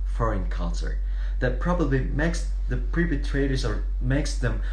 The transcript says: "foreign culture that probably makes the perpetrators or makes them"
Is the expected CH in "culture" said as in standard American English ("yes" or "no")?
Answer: no